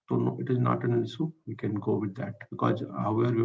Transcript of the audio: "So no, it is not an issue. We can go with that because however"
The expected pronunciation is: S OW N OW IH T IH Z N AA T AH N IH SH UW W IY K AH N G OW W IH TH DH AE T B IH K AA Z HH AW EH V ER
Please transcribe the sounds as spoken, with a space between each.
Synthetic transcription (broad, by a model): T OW N OW IH T IH Z N AA T AH N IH S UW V IY K AH N G OW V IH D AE T B IH K AA Z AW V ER